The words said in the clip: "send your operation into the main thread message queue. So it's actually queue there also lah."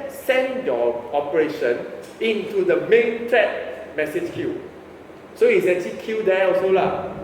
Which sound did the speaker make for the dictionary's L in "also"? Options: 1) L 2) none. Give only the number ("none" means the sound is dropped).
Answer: 2